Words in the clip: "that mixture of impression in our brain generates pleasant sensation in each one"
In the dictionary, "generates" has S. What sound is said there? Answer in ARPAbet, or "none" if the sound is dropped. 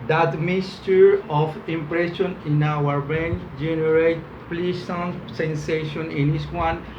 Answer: none